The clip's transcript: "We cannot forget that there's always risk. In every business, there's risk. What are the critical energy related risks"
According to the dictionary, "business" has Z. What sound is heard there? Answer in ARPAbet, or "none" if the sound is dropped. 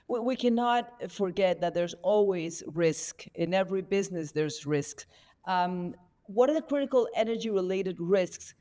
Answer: Z